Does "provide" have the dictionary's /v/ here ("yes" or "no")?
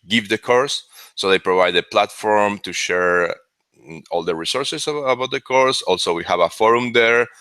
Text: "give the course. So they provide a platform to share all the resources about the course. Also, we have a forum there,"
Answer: yes